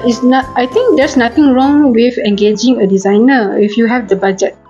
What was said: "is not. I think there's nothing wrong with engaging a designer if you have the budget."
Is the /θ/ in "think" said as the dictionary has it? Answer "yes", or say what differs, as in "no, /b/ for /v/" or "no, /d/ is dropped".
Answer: no, /t/ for /θ/